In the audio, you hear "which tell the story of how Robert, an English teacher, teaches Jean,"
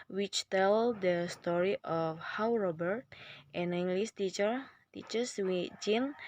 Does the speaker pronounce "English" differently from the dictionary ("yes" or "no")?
yes